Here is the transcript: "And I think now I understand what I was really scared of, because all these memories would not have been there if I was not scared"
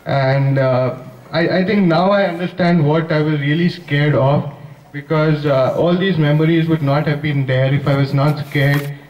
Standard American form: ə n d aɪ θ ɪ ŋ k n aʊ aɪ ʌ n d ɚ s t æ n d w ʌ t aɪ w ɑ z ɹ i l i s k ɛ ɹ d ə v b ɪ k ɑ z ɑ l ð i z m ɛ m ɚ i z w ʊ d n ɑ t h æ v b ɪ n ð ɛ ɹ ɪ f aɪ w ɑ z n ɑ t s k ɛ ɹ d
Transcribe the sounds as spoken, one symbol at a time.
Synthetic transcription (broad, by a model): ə n d aɪ t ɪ ŋ k n aʊ aɪ ʌ n d ɚ s t æ n d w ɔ t aɪ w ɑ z ɹ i l i s k ɛ ɹ d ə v b ɪ k ɑ z ɑ l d i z m ɛ m ɚ i z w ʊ d n ɑ t h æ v b ɪ n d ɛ ɹ ɪ f aɪ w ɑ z n ɑ t s k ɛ ɹ d